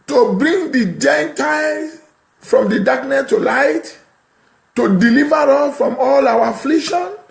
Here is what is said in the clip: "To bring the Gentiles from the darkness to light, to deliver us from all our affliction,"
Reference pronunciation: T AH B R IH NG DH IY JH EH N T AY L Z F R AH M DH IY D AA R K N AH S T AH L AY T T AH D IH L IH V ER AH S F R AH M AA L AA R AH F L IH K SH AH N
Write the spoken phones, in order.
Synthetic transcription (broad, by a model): T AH B R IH NG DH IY JH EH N T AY L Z F R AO M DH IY D AA K N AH S T AH L AY T T AH D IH L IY V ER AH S F R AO M AA L AA W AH F L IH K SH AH N